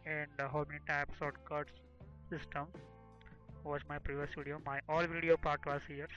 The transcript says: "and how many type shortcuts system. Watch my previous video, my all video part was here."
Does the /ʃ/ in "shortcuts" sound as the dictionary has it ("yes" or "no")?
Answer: no